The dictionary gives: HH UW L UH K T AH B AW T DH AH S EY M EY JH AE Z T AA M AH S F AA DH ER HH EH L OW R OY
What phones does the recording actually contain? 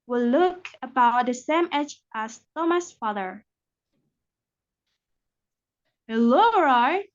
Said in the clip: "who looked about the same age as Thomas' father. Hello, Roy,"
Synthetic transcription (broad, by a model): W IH L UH K AH B AW T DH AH S EY M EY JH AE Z T AA M AH S F AA DH ER HH EH L OW R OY